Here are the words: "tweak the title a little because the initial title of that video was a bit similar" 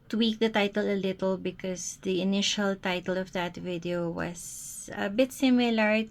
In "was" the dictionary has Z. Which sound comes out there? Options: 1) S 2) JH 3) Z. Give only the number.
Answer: 1